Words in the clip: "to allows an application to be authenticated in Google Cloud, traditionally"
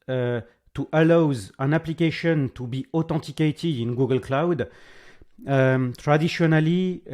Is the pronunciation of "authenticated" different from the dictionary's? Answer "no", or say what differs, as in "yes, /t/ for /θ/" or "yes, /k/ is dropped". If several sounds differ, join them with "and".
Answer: yes, /t/ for /θ/ and /n/ is dropped